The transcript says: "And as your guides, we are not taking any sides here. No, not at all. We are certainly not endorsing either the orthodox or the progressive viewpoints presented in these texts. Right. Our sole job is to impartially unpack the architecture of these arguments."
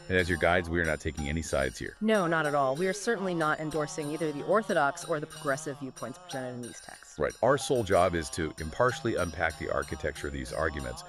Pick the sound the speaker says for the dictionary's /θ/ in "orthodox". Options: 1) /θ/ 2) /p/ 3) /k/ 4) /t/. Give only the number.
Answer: 1